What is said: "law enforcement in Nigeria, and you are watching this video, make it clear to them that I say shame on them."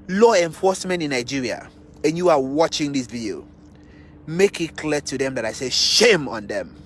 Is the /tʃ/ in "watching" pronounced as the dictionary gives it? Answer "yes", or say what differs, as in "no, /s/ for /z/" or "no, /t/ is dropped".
yes